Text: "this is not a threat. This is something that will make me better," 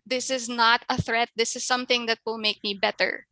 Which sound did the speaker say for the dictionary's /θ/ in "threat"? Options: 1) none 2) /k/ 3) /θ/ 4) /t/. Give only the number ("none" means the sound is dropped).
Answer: 3